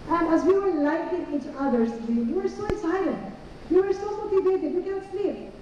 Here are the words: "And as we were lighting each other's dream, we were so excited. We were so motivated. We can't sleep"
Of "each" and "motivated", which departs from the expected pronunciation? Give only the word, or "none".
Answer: motivated